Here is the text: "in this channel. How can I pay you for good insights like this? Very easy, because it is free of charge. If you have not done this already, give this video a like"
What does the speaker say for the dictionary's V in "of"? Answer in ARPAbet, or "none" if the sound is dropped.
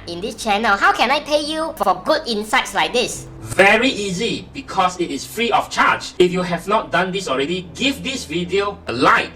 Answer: F